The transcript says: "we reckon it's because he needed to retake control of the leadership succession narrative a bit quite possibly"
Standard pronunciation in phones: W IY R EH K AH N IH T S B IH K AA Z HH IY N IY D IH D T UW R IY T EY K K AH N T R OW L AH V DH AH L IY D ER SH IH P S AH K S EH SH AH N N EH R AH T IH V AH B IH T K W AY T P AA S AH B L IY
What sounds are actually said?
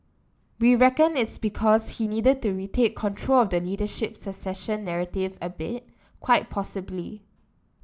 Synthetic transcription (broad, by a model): W IY R EH K AH N IH T S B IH K AA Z HH IY N IY D IH D T UW R IY T EY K K AH N T R OW L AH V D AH L IY D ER SH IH P S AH S EH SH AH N N EH R AH T IH V AH B IH T K W AY T P AA S AH B L IY